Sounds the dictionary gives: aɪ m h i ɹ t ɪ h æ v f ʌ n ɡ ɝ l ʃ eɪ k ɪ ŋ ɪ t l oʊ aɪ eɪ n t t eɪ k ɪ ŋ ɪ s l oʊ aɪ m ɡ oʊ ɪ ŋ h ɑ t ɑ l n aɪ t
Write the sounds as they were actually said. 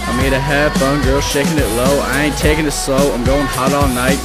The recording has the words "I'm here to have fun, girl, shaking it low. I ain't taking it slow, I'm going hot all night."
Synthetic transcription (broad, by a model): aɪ m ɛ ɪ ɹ t ɪ h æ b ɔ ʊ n ɡ ɝ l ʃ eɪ k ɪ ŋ ɪ t l oʊ aɪ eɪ n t t eɪ k ɪ ŋ ɪ s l oʊ aɪ m ɡ oʊ ɪ ŋ h ɑ t ɑ l n aɪ t